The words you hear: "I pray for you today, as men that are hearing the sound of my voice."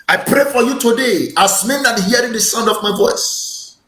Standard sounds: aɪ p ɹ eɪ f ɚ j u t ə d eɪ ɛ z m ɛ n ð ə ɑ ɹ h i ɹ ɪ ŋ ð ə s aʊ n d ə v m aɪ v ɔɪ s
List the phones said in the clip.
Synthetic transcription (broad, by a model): aɪ p ɹ eɪ f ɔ j u t ə d eɪ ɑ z m ɛ n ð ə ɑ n h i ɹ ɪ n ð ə s aʊ n d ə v m aɪ v ɔɪ s